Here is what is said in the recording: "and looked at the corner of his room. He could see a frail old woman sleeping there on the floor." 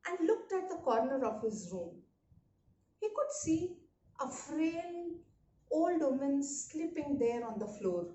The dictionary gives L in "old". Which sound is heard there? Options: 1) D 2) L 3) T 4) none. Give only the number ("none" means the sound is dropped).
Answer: 2